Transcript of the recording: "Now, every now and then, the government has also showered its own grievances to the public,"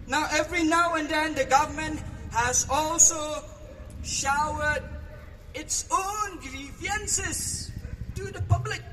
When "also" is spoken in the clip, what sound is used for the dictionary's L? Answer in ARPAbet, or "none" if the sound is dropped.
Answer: L